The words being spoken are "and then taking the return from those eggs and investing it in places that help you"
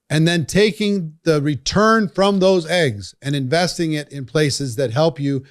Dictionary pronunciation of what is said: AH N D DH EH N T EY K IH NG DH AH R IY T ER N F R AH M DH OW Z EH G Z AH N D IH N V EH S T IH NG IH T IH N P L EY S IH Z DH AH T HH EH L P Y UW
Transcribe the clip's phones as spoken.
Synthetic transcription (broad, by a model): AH N DH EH N T EY K IH NG DH AH R IY T ER N F R AH M DH OW Z EH G Z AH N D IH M V EH S T IH NG IH T IH N P L EY S IH Z DH AH T HH EH L P Y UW